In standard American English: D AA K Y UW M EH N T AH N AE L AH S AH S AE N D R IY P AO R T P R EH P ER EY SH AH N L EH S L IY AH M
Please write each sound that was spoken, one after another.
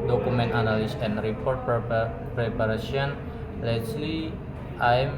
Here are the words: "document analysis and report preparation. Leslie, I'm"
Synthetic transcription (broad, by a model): D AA K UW M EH N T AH N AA L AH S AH N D R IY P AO R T P R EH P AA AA S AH N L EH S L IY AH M